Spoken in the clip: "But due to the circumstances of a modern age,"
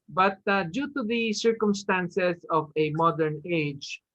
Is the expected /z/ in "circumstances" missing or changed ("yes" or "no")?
yes